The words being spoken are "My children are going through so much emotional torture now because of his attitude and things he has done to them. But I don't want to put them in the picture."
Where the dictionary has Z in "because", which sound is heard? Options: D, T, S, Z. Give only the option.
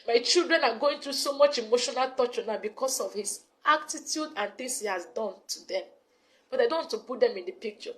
S